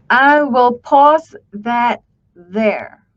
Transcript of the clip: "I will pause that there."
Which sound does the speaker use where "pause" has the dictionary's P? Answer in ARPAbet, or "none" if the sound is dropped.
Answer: P